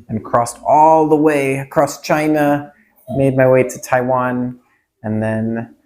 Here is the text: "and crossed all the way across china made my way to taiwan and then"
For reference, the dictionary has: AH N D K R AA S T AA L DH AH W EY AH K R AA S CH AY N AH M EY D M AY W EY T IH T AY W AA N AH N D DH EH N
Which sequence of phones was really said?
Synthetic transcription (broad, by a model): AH N K R AA S T AA L DH AH W EY AH K R AA S CH AY N AH M EY D M AY W EY T IH T AY W AA N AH N DH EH N